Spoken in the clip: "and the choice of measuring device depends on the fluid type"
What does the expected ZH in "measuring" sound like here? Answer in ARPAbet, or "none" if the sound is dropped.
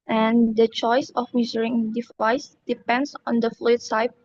Z